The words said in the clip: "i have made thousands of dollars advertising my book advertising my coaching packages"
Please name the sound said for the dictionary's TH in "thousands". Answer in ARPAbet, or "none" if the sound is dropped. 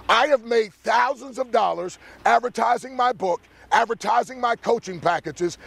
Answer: TH